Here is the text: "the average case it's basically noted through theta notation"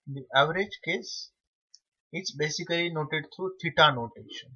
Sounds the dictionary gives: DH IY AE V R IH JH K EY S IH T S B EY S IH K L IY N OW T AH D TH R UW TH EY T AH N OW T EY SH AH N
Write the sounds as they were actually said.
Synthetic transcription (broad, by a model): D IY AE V R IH JH K EY S IH T S B EY S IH K L IY N OW T AH D T R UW T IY T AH N OW T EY SH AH N